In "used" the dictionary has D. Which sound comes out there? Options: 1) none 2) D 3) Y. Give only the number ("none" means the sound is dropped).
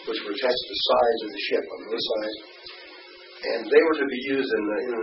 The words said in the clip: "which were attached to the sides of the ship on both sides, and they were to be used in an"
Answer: 2